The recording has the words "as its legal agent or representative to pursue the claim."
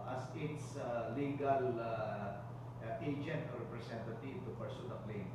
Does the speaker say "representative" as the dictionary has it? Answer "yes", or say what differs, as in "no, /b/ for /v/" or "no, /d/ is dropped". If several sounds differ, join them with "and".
no, /s/ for /z/